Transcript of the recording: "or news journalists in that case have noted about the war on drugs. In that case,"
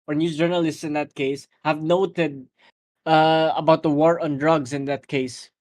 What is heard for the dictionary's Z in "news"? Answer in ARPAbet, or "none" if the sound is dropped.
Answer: none